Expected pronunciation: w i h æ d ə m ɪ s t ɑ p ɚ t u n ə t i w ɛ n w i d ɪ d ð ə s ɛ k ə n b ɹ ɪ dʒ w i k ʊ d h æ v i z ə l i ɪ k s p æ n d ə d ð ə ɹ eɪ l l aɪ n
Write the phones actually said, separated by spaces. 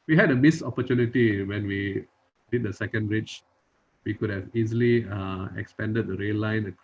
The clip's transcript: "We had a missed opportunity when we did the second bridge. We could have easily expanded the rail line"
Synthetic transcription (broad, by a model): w i h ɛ d ə m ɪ s ɑ p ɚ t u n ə t i w ɛ n w i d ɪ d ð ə s ɛ k ə n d ɹ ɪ tʃ w i k ʊ d h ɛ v i z ə l i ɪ k s p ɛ n d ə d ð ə ɹ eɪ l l aɪ n